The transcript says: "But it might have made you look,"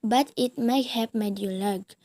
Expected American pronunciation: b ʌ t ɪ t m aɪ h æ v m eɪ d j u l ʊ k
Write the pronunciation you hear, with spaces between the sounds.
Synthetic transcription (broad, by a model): b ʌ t ɪ t m aɪ h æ p m eɪ d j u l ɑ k